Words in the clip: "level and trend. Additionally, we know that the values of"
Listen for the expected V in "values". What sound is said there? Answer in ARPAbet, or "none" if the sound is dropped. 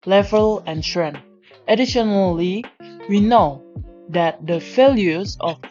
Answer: F